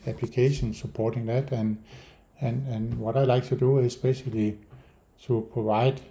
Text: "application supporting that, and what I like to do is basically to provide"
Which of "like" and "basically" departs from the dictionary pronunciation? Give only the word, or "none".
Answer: basically